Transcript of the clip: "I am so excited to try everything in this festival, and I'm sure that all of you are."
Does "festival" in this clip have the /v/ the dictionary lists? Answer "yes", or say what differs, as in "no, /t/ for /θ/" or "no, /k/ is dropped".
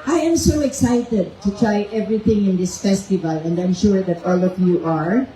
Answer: yes